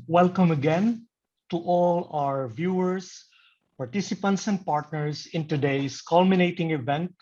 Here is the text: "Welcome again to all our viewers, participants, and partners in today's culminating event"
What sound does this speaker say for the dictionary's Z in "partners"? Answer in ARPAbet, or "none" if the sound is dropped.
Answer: S